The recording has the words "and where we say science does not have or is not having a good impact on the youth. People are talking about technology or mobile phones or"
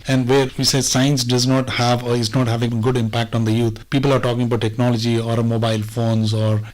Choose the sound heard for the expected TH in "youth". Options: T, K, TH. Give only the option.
T